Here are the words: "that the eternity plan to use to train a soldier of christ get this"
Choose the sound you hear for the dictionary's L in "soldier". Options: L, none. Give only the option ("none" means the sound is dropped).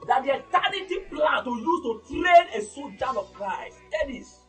none